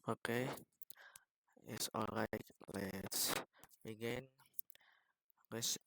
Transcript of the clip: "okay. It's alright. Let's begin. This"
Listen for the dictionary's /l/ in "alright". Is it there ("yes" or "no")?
yes